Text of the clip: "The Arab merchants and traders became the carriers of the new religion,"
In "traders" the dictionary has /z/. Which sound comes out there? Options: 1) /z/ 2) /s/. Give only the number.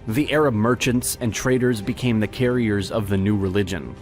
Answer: 1